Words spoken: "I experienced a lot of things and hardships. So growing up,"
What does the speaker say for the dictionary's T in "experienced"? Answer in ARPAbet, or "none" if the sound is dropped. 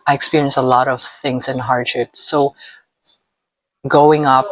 none